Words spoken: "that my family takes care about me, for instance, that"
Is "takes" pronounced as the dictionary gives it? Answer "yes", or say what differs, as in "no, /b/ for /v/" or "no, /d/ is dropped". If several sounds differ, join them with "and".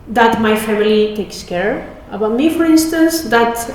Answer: yes